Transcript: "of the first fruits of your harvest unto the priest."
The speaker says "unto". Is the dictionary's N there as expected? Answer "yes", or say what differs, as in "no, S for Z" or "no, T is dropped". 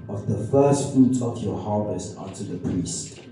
no, N is dropped